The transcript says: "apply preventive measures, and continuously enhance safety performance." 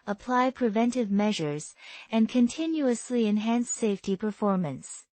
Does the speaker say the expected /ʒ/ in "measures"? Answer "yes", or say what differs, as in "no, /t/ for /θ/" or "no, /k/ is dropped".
yes